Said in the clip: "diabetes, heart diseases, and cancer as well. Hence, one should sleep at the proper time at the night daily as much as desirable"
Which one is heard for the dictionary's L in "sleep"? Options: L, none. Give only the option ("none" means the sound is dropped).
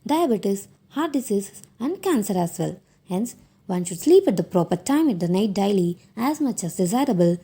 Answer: L